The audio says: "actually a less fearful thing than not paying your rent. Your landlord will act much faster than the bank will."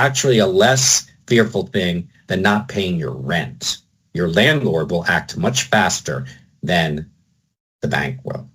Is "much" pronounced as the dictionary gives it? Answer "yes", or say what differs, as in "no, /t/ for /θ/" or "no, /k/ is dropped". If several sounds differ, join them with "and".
yes